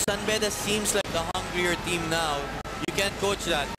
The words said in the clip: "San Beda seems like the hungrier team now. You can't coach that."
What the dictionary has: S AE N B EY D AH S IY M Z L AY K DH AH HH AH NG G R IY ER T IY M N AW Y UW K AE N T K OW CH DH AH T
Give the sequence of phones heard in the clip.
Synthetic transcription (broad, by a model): S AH N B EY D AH S IY M S L AY K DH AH HH AH NG G R IY ER T IY M N AW Y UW K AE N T K OW CH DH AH T